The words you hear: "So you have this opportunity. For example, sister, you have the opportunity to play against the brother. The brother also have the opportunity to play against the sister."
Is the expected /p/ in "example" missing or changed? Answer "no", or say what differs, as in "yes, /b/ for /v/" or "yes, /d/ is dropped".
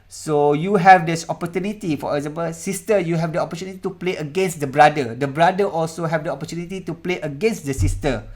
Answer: yes, /b/ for /p/